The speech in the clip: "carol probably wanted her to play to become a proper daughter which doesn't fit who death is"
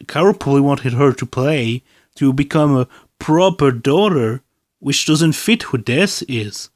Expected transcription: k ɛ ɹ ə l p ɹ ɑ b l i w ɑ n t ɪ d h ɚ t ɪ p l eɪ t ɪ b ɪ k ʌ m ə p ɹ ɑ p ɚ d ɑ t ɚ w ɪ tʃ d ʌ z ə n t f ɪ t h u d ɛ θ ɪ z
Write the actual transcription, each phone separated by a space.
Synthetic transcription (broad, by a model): k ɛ ɹ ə p ɑ l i w ɑ n t ɪ d h ɚ t ɪ p l eɪ t ɪ b ɪ k ʌ m ə p ɹ ɑ p ɚ d ɑ t ɚ w ɪ tʃ d ʌ z ə n t f ɪ t h u d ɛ s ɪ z